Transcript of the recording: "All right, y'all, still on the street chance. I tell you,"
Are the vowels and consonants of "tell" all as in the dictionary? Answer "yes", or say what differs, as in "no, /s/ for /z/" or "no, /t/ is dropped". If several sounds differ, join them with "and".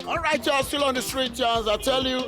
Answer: yes